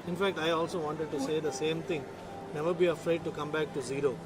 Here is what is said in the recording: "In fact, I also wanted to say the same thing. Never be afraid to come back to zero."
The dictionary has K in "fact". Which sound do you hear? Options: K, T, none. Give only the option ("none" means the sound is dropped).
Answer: K